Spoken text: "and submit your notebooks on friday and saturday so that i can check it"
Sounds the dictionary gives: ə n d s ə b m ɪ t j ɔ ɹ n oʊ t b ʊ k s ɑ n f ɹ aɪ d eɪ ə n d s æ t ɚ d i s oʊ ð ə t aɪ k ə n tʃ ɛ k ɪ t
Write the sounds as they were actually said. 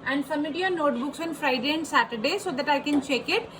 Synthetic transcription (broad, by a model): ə n d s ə m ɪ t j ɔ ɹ n oʊ t b ʊ k s ɑ n f ɹ aɪ d eɪ ə n d s æ t ɚ d i s oʊ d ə t aɪ k ə n tʃ ɛ k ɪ t